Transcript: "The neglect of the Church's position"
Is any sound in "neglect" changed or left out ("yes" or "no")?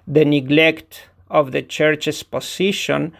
no